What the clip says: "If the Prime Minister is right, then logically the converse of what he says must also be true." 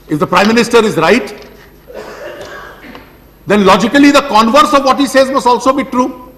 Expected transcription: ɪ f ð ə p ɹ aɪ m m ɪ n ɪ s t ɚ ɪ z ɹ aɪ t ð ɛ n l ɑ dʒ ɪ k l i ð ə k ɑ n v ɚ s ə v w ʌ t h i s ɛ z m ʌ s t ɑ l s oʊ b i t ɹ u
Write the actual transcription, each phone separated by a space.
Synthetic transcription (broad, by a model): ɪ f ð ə p ɹ aɪ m m ɪ n ɪ s t ɚ ɪ z ɹ aɪ t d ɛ n l ɑ dʒ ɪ k l i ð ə k ɑ n v ɚ s ə v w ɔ t h i s ɛ z m ʌ s t ɑ l s oʊ b i t ɹ u